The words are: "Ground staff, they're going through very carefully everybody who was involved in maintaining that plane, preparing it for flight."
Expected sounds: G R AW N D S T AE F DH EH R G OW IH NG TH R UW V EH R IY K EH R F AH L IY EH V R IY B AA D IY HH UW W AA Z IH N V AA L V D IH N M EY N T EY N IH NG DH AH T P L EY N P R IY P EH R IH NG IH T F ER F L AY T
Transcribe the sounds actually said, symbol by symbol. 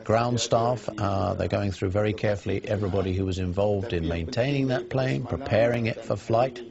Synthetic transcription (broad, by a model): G R AW N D S T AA F DH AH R G OW IH NG TH R UW V EH R IY K EH R F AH L IY EH V R IY B AA D IY HH UW W AA Z IH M V AA L V D IH N M EY N T EY N IH NG DH AH T P L EY N P R IY P EH R IH NG IH T F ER F L AY T